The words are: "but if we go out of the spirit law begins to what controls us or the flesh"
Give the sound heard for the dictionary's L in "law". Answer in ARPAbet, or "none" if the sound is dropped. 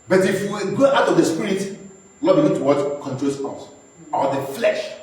N